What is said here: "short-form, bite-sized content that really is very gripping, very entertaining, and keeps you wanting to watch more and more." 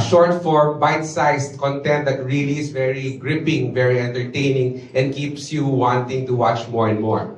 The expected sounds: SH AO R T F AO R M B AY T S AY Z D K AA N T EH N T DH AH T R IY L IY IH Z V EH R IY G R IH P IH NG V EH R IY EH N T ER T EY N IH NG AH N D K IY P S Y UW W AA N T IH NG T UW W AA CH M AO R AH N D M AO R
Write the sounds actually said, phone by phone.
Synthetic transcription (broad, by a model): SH AO R T F AO R M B AY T S AY S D K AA N T EH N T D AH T R IY L IY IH S V EH R IY G R IH P IH NG V EH R IY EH N T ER T EY N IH NG AH N D K IY P S Y UW W AA N T IH NG T UW W AA CH M AO R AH N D M AO R